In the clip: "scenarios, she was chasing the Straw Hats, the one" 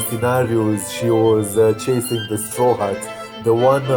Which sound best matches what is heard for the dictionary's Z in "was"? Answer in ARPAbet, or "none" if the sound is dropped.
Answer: Z